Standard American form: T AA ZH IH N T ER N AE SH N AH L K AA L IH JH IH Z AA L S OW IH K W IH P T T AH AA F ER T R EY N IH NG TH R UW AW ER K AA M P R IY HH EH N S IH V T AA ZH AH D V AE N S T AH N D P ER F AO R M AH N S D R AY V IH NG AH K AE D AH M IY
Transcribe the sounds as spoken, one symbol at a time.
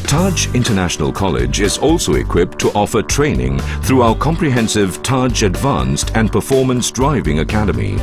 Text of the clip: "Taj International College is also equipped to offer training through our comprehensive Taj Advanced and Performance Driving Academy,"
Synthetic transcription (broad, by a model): T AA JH IH N T ER N AE SH N AH L K AA L IH JH IH Z AA L S OW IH K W IH P T T AA F ER T R EY N IH NG TH R UW AW ER K AA M P R IY HH EH N S IH V T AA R AH D V AE N S T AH N P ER F AO R M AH N S D R AY V IH NG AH K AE D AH M IY